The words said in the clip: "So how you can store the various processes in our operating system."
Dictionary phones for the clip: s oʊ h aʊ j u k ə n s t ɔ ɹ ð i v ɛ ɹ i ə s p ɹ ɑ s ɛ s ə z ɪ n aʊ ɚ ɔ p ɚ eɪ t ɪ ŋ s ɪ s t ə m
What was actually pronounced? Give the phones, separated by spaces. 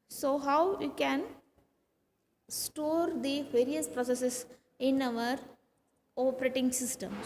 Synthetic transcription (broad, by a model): s oʊ h aʊ j u k ə n s t ɔ ɹ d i v ɛ ɹ i ə s p ɹ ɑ s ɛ s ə s ɪ n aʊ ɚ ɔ p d eɪ t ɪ ŋ s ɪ s t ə m